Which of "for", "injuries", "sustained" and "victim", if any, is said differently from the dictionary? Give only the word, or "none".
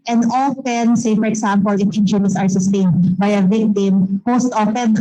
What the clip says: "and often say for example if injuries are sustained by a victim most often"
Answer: injuries